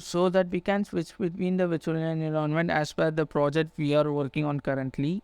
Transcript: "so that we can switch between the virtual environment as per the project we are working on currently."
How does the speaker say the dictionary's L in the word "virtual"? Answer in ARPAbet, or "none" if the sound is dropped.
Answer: N